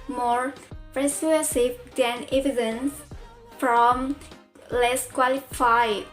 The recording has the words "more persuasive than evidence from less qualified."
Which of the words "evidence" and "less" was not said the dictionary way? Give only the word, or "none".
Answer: none